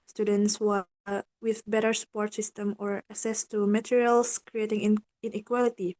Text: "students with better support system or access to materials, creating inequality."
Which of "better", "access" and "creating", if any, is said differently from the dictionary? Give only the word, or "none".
access